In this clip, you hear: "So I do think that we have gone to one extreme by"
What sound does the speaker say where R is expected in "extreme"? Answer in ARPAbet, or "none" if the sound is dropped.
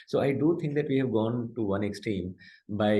none